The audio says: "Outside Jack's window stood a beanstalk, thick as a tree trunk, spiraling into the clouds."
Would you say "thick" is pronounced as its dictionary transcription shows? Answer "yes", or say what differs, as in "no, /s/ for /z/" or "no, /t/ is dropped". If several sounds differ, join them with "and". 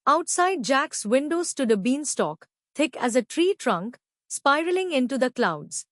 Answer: no, /t/ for /θ/